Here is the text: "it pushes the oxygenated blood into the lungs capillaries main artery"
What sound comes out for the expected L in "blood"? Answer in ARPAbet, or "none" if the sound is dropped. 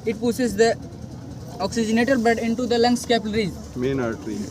none